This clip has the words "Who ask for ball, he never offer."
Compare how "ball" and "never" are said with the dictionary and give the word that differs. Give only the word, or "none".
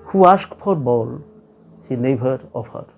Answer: never